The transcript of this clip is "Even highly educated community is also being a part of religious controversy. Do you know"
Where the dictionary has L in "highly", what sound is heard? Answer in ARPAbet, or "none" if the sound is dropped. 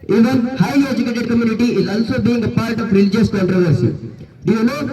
none